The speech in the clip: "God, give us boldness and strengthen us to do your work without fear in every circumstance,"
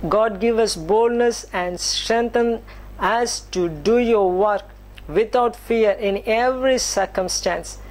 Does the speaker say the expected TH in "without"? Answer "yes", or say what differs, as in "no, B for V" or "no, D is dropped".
no, T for TH